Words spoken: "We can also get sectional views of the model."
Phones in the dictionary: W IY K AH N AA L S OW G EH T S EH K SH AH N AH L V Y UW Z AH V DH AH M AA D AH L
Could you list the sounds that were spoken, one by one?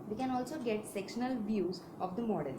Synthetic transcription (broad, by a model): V IY K AH N AA L S OW G EH T S EH K SH AH N AH L V Y UW Z AH V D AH M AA D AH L